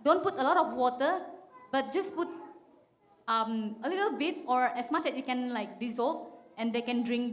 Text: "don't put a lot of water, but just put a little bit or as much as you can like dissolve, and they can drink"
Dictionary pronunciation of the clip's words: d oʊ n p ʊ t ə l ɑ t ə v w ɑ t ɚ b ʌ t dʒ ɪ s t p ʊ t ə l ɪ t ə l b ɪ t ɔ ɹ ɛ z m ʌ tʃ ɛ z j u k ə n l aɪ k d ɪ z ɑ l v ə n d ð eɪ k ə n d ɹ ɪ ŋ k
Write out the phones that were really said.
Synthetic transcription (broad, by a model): d oʊ n p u t ə l ɑ t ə f w ɑ t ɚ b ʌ t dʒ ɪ s p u t ə l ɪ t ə l b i t ɔ ɹ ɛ s m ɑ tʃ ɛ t j u k ə n l aɪ k d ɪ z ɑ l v ə n d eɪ k ə n d ɹ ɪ ŋ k